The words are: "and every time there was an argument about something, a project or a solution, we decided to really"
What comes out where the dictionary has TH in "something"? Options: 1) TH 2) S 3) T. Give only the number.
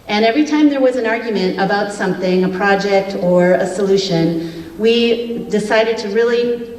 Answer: 1